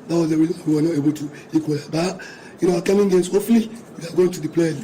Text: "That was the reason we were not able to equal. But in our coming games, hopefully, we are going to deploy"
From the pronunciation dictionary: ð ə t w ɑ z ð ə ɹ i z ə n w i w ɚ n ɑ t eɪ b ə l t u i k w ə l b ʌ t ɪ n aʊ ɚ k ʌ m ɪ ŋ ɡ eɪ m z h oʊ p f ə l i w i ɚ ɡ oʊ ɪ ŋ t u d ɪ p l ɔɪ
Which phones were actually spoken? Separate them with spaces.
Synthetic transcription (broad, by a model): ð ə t w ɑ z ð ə ɹ i z ə n w i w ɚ n ɑ t eɪ b ə l t u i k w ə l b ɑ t ɪ n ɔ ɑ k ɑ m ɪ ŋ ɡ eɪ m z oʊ f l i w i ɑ ɡ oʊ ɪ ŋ t u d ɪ p l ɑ